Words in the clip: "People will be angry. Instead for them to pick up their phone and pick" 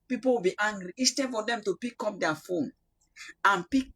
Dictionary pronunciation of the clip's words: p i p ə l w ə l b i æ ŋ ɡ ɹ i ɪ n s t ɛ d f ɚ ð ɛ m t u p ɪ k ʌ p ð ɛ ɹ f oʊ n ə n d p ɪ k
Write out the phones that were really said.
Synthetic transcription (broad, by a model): p i p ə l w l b i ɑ ŋ ɡ ɹ i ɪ s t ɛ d f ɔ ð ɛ m t u p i k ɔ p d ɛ f oʊ n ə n p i k